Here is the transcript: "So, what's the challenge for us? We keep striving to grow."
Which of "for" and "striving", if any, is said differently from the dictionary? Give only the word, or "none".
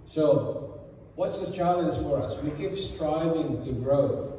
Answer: none